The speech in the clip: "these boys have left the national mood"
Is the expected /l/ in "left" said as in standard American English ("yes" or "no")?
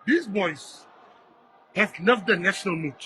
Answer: no